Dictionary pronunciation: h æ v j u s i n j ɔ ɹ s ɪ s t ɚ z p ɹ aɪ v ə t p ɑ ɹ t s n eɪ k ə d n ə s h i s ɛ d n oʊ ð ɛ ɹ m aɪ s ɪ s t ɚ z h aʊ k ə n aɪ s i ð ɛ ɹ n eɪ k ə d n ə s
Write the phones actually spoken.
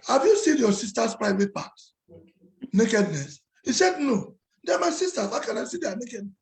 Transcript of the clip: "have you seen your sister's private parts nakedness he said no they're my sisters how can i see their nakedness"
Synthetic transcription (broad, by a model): h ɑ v j u s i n j ɔ s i s t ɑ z p ɹ aɪ v ə t p ɑ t n eɪ k ə d n ə s h i s ɛ d n oʊ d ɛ m aɪ s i s t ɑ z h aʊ k ə n aɪ s i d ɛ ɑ n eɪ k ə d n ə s